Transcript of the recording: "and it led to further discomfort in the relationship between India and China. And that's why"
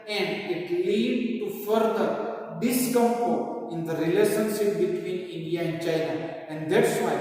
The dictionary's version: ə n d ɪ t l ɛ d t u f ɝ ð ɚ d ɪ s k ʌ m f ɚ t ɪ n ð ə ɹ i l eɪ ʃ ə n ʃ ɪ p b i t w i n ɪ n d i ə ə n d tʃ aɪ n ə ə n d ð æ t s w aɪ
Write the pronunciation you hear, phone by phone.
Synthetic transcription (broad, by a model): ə n d ɪ t l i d t u f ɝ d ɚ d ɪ s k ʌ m p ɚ ɪ n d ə ɹ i l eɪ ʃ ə n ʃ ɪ p b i t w i n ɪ n d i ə ə n d tʃ aɪ n ə ə n d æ t s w aɪ